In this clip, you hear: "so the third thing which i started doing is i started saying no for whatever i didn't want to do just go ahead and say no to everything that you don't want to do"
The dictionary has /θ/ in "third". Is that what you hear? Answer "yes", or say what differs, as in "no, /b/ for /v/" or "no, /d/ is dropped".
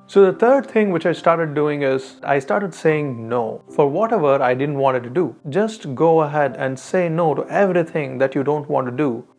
no, /t/ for /θ/